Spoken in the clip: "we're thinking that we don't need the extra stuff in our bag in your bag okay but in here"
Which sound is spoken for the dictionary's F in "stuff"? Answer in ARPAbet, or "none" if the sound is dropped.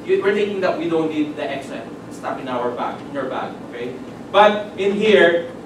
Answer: P